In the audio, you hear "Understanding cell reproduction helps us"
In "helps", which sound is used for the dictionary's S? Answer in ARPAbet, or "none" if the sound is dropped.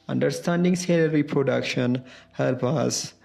none